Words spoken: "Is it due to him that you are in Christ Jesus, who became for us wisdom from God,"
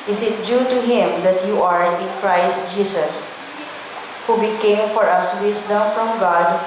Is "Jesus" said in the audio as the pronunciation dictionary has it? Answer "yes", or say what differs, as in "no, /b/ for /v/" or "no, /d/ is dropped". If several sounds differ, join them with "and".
no, /s/ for /z/